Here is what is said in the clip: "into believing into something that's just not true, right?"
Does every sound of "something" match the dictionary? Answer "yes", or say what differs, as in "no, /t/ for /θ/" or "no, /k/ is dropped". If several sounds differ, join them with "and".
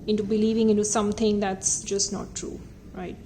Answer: no, /t/ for /θ/